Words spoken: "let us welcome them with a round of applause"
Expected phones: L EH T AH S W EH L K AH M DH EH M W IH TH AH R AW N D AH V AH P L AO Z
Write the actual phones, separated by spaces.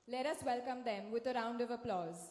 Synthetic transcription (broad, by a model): L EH T AH S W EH L K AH M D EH M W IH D AH R AW N D AH V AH P L AO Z